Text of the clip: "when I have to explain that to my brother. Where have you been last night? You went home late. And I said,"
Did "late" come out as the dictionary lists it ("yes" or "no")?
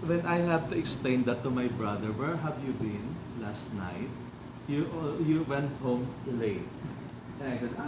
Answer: no